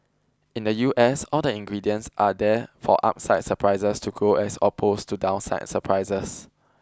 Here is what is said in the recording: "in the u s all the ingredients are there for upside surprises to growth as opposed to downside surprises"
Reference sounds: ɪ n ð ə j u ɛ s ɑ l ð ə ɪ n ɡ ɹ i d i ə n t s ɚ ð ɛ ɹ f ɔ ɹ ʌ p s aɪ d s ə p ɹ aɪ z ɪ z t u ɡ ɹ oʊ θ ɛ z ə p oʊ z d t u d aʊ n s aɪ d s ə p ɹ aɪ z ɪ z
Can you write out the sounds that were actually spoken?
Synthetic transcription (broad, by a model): ɪ n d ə j u ɛ s ɑ l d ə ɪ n ɡ ɹ i d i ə n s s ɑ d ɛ f ɔ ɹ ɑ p s aɪ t s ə p ɹ aɪ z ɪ s t u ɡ oʊ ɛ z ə p oʊ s t u d aʊ n s aɪ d s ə p ɹ aɪ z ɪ s